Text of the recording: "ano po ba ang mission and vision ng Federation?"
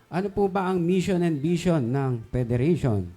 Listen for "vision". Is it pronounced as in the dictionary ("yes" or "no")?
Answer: no